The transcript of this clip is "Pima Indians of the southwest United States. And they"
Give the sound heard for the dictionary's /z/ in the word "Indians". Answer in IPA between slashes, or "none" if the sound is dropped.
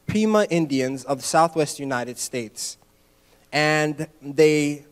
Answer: /z/